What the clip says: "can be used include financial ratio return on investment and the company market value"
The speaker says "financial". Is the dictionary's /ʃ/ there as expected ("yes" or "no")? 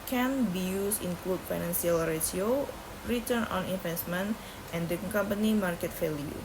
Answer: no